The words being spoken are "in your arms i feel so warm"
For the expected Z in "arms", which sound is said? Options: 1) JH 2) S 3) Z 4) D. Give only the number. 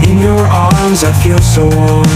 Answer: 3